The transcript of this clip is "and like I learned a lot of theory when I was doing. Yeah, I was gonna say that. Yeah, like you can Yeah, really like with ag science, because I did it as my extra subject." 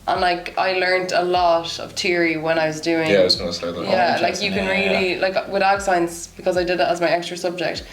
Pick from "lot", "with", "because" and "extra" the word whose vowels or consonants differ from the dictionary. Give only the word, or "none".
none